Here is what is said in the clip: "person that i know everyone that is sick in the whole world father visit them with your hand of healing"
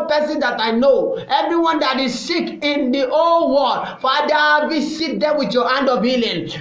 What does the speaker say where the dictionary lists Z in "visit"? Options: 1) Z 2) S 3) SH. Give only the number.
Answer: 2